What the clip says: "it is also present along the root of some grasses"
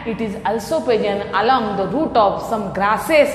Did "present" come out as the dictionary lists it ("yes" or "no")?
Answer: no